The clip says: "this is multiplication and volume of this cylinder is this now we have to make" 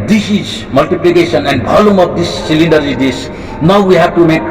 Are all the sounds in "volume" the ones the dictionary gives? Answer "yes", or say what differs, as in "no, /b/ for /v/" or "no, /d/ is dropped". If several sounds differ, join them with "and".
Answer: no, /b/ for /v/